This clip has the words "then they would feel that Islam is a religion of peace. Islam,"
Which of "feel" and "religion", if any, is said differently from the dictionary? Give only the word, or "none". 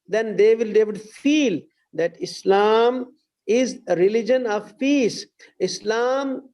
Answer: none